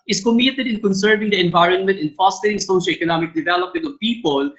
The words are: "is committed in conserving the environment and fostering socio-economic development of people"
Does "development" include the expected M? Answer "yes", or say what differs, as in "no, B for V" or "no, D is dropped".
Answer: yes